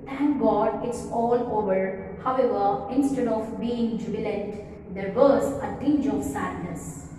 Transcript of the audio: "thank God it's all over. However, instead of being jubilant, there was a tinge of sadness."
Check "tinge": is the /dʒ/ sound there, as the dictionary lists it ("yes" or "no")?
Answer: yes